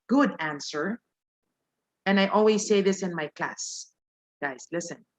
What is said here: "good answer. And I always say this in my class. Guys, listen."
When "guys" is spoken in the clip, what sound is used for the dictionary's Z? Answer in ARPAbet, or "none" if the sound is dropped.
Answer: S